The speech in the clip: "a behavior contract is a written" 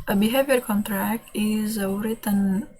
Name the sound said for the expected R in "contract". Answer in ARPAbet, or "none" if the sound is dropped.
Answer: R